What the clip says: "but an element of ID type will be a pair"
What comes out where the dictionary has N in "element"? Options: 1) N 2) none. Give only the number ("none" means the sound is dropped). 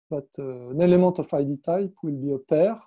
2